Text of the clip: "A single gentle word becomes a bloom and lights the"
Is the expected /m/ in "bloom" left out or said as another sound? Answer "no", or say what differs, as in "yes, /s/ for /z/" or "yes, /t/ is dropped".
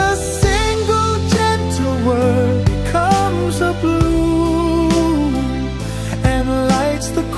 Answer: yes, /m/ is dropped